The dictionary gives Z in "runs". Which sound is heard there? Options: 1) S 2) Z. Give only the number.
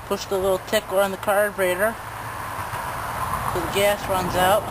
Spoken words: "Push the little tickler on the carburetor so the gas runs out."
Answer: 2